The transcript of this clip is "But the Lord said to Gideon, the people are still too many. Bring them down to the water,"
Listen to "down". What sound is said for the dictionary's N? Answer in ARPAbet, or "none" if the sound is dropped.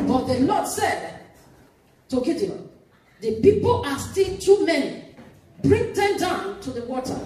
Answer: N